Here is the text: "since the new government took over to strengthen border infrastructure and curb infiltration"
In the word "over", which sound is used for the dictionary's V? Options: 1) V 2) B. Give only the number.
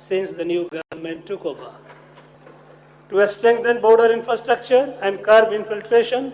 2